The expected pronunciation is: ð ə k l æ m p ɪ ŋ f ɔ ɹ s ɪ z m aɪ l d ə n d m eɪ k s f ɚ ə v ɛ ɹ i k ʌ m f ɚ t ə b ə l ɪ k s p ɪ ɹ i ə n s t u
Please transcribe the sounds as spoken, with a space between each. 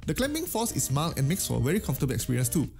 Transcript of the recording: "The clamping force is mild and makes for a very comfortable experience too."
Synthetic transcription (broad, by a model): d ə k l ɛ m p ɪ ŋ f ɔ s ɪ s m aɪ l ə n m eɪ k s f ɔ ə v ɛ ɹ i k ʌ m f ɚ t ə b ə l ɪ k s p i ɹ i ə n s t u